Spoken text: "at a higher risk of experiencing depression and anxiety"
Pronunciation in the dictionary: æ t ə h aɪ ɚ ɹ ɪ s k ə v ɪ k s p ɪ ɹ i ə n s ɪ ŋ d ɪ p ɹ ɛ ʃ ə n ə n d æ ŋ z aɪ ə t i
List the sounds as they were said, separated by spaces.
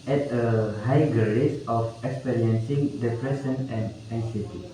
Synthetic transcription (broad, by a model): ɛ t ə h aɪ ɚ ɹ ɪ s ə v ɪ k s p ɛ ɹ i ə n s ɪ ŋ d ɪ p ɹ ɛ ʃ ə n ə n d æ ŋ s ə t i